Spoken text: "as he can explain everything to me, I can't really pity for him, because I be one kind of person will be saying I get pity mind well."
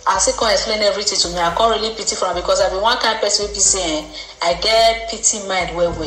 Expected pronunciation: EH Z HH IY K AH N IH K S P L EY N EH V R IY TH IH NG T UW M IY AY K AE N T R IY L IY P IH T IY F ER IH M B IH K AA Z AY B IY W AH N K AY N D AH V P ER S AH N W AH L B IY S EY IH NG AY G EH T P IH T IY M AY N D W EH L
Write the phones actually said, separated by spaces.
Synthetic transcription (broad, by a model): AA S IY K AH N IH K S P L EY N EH V R IY T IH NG T UW M IY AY K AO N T R IY L IY P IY T IY F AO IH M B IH K AA S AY B IY W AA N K AY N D P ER S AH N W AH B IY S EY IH AY G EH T P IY T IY M AY N D W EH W